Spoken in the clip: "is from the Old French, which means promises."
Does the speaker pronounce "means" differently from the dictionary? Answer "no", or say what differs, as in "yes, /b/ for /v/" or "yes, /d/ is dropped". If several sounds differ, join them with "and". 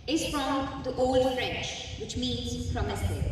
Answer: no